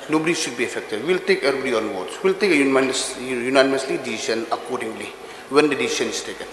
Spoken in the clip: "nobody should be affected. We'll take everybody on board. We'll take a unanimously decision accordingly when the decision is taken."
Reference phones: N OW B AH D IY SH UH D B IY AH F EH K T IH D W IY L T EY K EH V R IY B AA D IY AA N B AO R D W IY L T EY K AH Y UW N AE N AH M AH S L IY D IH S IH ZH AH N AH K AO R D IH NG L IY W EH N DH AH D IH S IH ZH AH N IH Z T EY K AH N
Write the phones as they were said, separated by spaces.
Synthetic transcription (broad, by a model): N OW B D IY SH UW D B IY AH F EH K T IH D W IY L T EY K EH R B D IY AA N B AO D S W IY L T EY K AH Y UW N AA N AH M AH S L IY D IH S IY S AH N AH K AO R D IH NG L IY W EH N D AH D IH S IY S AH N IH S T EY K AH N